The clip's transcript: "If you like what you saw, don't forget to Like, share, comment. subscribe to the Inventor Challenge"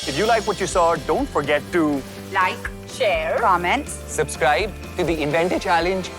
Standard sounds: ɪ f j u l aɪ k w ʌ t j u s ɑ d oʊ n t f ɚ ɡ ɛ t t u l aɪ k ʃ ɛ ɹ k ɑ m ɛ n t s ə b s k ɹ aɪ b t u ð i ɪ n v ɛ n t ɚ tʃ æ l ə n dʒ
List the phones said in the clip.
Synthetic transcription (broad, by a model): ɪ f j u l aɪ k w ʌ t j u s ɑ d oʊ n t f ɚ ɡ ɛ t t u l aɪ k ʃ ɛ ɹ k ɑ m ɛ n t s ə b s k ɹ aɪ b t u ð i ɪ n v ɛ n t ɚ tʃ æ l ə n dʒ